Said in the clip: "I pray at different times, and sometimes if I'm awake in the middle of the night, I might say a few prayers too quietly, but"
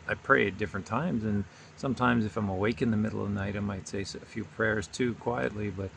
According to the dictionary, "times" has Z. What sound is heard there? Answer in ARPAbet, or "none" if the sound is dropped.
Z